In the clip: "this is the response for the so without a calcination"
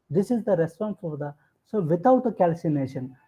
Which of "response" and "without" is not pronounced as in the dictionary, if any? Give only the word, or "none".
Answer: without